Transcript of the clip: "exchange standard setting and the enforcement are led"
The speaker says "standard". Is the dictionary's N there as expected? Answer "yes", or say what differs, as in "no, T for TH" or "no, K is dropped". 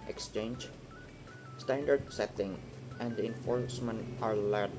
yes